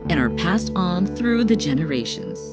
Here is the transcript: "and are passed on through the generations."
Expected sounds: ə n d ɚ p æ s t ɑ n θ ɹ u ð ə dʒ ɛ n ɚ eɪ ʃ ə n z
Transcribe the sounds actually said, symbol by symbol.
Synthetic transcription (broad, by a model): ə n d ɚ p æ s t n θ ɹ u ð ə dʒ ɛ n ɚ eɪ ʃ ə n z